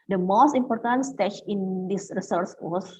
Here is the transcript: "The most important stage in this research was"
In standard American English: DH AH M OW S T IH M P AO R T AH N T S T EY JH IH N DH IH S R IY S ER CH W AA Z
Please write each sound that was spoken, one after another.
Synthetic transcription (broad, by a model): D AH M OW S T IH M P AO R T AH N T S T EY CH IH N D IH S R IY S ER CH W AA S